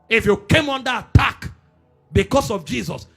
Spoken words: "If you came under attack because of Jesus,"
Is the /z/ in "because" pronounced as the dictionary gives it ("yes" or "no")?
no